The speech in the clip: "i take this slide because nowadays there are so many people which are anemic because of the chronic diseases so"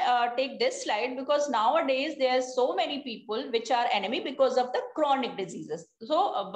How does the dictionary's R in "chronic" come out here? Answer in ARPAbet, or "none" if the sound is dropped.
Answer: R